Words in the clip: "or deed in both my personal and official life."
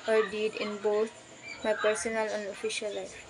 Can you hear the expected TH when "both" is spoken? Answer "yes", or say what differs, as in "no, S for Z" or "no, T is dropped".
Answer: no, T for TH